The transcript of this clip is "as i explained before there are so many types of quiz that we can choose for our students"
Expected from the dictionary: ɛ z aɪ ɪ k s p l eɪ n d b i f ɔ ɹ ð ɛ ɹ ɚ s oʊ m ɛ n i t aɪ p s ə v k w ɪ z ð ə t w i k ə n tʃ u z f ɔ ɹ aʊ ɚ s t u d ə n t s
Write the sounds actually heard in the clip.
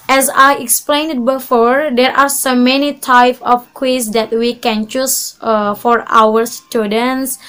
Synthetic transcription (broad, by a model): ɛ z aɪ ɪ k s p l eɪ n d b i f ɔ ɹ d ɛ ɹ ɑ s oʊ m ɛ n i t aɪ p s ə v k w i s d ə t w i k ə n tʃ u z f ɔ ɹ aʊ ɚ s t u d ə n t s